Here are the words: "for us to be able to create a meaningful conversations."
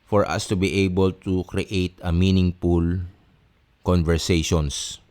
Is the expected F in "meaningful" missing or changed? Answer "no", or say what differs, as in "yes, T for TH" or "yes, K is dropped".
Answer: yes, P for F